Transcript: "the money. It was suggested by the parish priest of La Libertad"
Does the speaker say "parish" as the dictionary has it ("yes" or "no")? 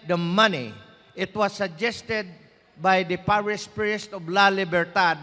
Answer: no